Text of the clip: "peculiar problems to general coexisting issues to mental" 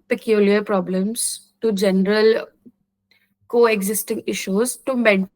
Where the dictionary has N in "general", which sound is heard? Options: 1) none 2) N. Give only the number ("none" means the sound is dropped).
2